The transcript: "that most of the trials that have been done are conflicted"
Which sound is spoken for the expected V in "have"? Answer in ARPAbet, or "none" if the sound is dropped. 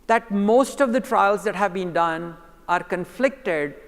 V